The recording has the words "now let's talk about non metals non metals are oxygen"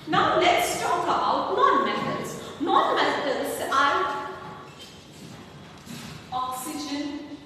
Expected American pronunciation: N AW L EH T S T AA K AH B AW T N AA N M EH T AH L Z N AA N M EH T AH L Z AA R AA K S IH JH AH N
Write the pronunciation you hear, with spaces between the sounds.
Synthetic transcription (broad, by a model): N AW N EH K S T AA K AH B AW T N AA N M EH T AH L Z N AA N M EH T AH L S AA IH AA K S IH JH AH N